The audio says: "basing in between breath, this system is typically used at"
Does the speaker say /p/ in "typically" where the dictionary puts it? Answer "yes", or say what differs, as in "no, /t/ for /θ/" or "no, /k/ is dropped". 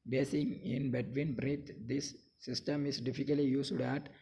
no, /f/ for /p/